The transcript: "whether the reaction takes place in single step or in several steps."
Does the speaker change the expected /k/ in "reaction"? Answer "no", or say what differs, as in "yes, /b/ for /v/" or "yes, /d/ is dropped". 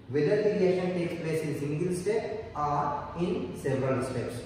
yes, /k/ is dropped